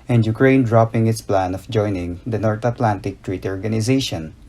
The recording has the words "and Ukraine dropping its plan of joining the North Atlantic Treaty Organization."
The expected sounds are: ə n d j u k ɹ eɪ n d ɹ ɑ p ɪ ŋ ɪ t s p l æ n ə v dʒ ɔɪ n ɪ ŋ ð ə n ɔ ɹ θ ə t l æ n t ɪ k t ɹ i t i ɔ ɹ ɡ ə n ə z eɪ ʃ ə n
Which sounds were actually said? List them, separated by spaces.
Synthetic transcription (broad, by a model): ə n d j u k ɹ eɪ n d ɹ ɑ p ɪ ŋ ɪ t s p l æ n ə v dʒ ɔɪ n ɪ ŋ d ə n ɔ ɹ t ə t l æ n t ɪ k t ɹ i t i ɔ ɹ ɡ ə n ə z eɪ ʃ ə n